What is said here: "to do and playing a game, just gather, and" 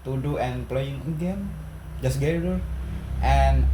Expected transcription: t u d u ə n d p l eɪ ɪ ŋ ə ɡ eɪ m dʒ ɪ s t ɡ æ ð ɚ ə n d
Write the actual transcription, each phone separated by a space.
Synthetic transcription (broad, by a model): t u d u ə n p l eɪ ɪ ŋ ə ɡ eɪ m dʒ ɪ s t ɡ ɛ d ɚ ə n